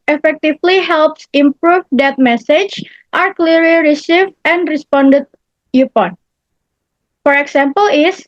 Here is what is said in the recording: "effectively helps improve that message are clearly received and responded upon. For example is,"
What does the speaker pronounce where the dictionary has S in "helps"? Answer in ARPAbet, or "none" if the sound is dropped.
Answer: S